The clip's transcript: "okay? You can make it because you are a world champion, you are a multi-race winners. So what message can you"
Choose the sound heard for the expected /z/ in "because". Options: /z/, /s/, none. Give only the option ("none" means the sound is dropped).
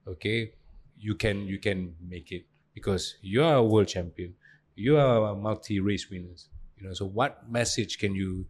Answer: /s/